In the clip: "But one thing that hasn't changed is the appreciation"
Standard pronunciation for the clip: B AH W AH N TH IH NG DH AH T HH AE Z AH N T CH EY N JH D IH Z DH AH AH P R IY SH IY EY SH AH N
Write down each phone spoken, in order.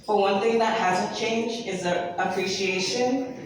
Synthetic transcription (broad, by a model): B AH W AH N TH IH NG DH AH T HH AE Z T CH EY N JH IH Z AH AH P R IY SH IY EY SH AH N